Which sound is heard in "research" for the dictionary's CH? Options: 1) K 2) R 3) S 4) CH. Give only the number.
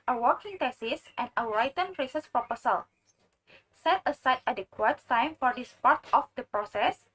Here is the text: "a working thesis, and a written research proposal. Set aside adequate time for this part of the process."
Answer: 3